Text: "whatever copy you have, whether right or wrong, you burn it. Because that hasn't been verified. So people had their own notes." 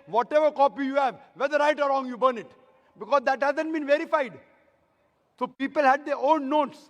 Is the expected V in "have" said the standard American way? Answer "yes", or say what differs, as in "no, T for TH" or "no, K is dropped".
yes